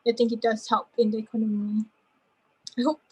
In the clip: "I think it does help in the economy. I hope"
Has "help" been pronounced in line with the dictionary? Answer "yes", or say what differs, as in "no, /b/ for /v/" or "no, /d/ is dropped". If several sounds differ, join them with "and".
no, /l/ is dropped